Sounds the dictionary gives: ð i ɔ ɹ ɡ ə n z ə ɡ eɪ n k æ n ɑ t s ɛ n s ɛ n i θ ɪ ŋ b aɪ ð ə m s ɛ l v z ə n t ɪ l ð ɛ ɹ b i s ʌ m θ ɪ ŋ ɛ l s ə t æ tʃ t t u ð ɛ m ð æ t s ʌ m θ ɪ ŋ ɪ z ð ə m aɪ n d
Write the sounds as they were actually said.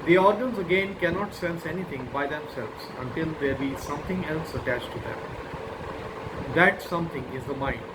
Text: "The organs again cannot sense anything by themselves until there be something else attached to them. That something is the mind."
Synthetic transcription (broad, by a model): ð i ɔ ɹ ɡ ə n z ə ɡ eɪ n k æ n ɑ t s ɛ n s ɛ n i t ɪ ŋ b aɪ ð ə m s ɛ l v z ə n t ɪ l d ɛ ɹ b i s ʌ m t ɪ ŋ ɛ l s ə t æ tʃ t t u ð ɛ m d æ t s ʌ m t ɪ ŋ ɪ z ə m aɪ n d